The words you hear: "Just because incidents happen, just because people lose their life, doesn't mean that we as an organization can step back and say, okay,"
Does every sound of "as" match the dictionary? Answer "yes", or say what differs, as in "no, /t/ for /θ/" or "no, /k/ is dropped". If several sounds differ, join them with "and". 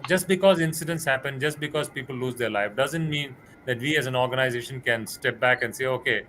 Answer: yes